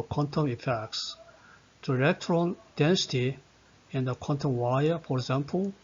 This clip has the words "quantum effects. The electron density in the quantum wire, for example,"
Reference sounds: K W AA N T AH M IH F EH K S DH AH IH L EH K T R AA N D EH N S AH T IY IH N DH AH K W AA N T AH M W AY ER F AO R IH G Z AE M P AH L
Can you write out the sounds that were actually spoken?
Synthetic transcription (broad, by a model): K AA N T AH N IH F EH K S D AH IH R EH K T R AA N D EH N S AH T IY IH N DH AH K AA N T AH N W AY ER F AO R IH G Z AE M P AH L